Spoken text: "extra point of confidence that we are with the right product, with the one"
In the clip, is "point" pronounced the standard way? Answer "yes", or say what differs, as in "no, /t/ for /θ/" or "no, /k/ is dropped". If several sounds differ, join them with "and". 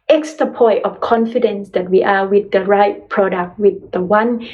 no, /n/ is dropped